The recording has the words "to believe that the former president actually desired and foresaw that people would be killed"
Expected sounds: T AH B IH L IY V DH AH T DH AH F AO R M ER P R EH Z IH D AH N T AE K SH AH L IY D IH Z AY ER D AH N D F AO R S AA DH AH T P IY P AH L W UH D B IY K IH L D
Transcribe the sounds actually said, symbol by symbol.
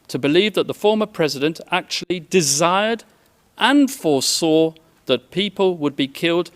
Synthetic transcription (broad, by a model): T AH B IH L IY V DH AH T DH AH F AO R M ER P R EH Z IH D AH N T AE K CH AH L IY D IH Z AY ER D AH N F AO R S AA DH AH T P IY P AH L W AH D B IY K IH L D